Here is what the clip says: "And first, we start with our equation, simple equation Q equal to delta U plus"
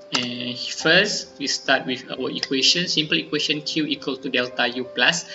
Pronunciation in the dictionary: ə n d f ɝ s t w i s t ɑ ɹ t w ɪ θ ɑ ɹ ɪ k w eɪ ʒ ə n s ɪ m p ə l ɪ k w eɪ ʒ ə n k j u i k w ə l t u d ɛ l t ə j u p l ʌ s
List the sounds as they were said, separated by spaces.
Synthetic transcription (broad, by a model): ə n f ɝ s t w i s t ɑ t w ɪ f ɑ w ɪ k w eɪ ʃ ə n s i m p ə l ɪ k w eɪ ʃ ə n k j u i k w ə l t u d ɛ l t ə j u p l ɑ s